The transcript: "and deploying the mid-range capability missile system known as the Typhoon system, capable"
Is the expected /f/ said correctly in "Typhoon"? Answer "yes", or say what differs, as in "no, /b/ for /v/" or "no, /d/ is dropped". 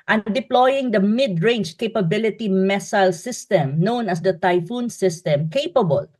yes